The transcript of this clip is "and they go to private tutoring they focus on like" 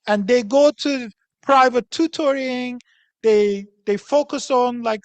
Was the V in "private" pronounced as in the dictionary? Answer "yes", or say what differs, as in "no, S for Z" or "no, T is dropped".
yes